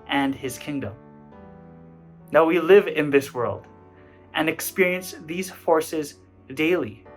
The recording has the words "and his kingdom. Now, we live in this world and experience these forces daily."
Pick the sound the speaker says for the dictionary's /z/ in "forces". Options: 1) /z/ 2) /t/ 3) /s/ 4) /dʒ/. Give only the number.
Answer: 1